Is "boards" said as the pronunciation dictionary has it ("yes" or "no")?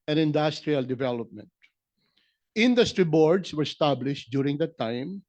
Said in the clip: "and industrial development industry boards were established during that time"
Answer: no